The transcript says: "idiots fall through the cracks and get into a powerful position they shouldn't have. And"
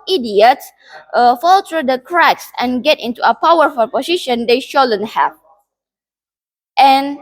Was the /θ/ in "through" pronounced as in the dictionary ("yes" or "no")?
no